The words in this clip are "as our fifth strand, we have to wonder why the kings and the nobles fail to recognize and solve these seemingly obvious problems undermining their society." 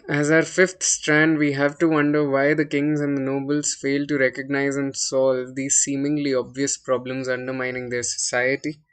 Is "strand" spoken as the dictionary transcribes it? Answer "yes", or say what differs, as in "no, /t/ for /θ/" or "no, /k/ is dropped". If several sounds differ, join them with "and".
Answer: yes